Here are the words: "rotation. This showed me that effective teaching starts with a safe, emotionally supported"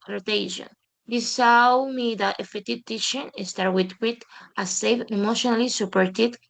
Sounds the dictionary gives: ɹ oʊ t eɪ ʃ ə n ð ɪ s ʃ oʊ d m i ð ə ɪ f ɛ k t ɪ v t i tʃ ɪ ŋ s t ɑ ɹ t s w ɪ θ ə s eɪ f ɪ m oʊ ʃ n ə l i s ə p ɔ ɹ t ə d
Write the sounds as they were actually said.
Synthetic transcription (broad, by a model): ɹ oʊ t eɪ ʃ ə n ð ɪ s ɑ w m i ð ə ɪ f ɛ t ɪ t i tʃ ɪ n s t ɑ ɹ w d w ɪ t ə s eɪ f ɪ m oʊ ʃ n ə l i s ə p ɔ ɹ t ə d